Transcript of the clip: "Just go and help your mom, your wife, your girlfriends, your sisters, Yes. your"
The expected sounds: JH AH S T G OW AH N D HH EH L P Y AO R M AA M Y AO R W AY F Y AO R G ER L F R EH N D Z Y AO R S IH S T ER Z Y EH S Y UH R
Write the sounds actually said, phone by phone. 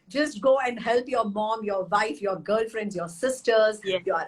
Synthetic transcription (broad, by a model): JH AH S T G OW AH N D HH EH L P Y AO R M AA M Y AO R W AY F Y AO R G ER L F R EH N D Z Y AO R S IH S T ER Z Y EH Y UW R